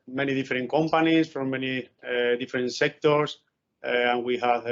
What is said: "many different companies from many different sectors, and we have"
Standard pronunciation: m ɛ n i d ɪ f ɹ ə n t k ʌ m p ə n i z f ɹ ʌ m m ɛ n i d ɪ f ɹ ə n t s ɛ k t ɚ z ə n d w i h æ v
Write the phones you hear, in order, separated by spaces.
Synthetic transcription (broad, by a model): m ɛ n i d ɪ f ɹ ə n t k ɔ m p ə n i s f ɹ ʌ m m ɛ n i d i f ɹ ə n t s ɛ k t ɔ s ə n w i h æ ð